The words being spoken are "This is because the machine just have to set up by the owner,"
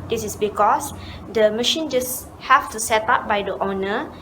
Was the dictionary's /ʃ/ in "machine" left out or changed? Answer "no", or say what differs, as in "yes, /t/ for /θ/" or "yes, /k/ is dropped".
no